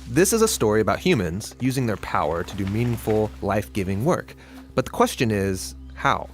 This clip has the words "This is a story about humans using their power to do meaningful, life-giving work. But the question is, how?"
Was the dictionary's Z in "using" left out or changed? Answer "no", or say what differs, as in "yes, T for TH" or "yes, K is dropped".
no